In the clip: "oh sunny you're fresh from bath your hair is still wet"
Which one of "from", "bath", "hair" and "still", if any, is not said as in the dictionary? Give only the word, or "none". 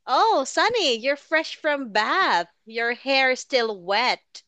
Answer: none